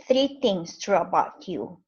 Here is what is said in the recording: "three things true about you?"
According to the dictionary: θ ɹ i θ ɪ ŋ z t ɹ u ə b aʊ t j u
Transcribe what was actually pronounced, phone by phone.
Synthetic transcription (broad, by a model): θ ɹ i t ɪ ŋ s t ɹ u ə b aʊ t j u